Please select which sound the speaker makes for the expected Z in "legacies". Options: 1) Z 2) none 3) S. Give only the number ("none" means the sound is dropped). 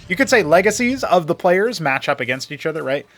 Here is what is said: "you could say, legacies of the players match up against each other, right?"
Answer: 1